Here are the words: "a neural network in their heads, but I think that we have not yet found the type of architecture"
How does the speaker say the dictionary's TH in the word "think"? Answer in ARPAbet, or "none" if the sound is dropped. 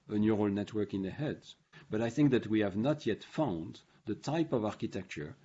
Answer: TH